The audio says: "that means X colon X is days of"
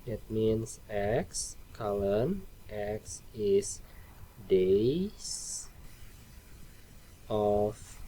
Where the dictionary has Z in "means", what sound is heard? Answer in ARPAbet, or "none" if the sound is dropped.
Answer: S